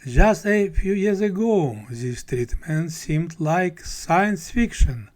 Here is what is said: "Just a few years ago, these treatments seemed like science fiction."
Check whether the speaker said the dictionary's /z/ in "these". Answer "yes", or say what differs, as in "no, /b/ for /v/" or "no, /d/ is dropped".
no, /s/ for /z/